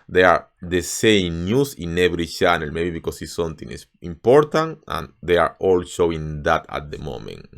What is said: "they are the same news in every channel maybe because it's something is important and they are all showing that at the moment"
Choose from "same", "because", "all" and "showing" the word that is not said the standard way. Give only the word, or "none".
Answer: because